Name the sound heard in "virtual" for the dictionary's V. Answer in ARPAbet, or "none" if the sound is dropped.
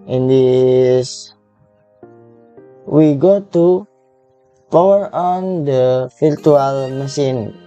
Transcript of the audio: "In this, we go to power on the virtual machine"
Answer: F